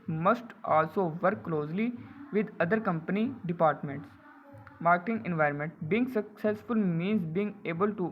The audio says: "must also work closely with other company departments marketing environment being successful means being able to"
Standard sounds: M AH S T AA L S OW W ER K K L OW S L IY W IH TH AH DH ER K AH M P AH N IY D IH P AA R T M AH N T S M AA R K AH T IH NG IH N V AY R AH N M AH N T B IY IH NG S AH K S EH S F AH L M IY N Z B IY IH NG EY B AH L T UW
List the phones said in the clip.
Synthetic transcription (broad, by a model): M AH S T AA L S OW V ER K K L OW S L IY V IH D AH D ER K AH M P AH N IY D IH P AA R T M AH N T S M AA R K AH T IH NG IH N V AY R AH N M AH N T B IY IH NG S AH K S EH S F AH L M IY N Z B IY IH NG EY B AH L T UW